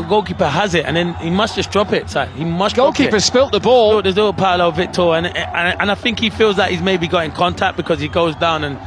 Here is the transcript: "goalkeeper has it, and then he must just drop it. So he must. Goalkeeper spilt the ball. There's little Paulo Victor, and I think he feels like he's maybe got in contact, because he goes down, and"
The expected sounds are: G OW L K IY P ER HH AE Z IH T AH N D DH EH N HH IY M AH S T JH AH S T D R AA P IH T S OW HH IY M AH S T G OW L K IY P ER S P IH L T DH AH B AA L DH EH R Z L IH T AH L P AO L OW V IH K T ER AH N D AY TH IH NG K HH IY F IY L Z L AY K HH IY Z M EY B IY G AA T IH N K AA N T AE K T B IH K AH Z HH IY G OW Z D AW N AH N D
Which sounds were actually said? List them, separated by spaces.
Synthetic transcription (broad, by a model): G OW L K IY P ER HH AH Z IH T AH N DH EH N HH IY M AH S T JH AH S D R AA P IH T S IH HH IY M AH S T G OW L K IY P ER S P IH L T DH AH B AA L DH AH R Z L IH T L P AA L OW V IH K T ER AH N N AY TH IH NG K HH IY F IY L Z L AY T HH IY Z M EY B IY G AA T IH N K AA N T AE K B IH K AH Z IY G OW Z D AW N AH N